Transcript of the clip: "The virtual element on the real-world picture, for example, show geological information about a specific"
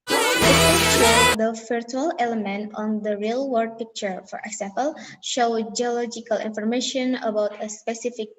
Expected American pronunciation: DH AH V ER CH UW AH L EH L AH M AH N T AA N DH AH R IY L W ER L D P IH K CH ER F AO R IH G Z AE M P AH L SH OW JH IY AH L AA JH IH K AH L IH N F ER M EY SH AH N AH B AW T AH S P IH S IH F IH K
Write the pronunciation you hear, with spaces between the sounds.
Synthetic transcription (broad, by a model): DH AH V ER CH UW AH L EH L AH M AH N T AA N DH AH R IY L W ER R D P IH K CH ER F AO R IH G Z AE M P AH L SH OW JH IY AH L AA JH IH K AH L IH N F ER M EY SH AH N AH B AW T AH S P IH S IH F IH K